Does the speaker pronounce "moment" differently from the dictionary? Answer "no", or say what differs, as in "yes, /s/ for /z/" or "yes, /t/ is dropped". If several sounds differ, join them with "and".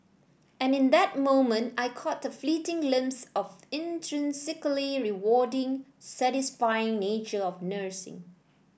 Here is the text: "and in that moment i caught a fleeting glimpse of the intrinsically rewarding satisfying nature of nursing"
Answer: no